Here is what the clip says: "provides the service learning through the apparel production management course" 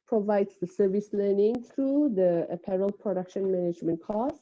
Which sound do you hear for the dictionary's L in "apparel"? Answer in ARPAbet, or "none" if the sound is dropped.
L